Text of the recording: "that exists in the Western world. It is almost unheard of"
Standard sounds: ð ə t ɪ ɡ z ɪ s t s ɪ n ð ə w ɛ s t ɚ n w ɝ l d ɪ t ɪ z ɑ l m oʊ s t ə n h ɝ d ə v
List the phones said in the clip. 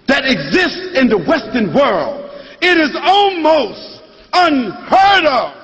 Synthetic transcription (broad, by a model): ð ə t ɪ ɡ z ɪ s t s ɪ n ð ə w ɛ s t ɚ n w ɝ l d ɪ t ɪ z ɑ l m oʊ s t ə n h ɝ d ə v